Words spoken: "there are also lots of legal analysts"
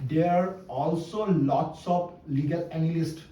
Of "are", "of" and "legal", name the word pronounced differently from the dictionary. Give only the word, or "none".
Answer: of